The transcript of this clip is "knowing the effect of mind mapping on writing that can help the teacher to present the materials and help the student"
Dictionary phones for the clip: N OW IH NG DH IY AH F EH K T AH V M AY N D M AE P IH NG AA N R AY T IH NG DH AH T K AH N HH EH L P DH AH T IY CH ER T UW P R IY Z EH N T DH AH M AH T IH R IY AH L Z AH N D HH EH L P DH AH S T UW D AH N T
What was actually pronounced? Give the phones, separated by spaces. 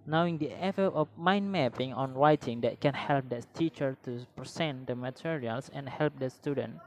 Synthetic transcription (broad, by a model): N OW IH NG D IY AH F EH T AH F M AY N M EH P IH NG AA N R AY T IH NG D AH T K AH N HH EH L P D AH T IY CH ER T UW P R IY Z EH N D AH M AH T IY R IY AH L S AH N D HH EH L P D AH S T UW D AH N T